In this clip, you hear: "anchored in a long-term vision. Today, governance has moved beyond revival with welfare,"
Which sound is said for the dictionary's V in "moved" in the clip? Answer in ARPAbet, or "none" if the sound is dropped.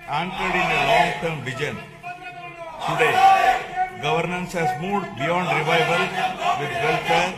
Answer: none